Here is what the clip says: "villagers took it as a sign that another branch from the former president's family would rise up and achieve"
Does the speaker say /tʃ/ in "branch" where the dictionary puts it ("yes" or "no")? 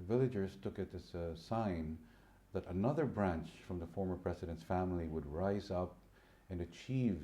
yes